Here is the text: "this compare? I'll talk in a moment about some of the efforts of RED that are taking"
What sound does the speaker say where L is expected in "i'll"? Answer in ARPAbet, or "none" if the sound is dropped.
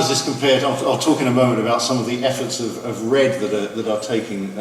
L